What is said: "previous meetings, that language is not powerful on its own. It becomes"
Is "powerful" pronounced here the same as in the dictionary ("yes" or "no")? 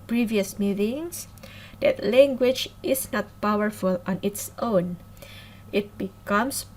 yes